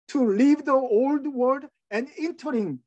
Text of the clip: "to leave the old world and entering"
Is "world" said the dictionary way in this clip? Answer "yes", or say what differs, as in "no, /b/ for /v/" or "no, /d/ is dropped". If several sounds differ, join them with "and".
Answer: no, /l/ is dropped